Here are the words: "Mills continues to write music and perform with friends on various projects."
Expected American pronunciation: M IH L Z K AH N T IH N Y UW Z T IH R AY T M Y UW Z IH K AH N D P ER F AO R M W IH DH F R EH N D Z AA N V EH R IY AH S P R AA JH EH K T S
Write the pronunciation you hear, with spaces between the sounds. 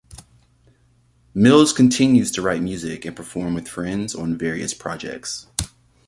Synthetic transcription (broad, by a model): M IH L Z K AH N T IH N Y UW Z T IH R AY T M Y UW Z IH K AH N P ER F AO R M W IH DH F R EH N D Z N V EH R IY AH S P R AA JH EH K T S